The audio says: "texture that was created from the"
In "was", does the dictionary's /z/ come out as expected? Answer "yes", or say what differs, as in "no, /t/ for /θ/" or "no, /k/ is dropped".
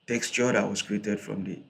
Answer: no, /s/ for /z/